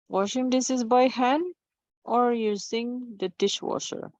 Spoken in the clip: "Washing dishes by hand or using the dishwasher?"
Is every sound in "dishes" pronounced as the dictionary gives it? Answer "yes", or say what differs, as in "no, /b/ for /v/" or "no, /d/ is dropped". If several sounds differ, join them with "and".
no, /s/ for /ʃ/